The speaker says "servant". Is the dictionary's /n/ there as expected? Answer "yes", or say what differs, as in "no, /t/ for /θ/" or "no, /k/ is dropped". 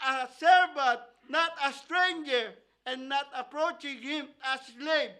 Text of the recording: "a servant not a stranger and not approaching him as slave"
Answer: no, /n/ is dropped